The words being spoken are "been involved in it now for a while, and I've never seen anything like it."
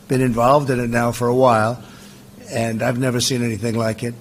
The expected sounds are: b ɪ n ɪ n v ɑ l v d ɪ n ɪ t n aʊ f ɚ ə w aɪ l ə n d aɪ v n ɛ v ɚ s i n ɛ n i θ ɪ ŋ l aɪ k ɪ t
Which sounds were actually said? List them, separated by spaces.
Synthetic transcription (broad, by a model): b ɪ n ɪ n v ɑ l v d ɪ n ɪ t n aʊ f ɚ ə w aɪ l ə n aɪ v n ɛ v ɚ s i n ɛ n i θ ɪ ŋ l aɪ k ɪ t